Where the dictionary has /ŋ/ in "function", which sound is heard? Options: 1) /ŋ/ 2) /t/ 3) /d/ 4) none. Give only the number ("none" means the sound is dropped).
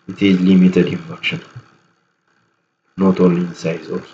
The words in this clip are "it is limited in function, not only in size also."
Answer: 4